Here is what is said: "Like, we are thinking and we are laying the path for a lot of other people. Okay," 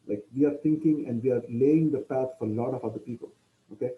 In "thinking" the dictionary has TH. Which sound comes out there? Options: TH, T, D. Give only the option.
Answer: T